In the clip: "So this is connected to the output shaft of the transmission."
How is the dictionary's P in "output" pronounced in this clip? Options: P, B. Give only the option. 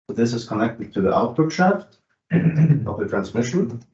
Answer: B